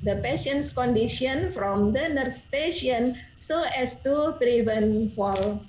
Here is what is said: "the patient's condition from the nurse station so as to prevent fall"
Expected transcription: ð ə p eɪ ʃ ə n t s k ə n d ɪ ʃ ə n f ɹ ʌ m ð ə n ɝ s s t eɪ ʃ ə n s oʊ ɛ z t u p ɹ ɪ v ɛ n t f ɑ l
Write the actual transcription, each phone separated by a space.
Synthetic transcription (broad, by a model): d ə p eɪ ʃ ə n t s k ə n d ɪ ʃ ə n f ɹ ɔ m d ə n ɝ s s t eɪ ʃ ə n s oʊ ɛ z t u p ɹ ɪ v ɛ n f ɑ l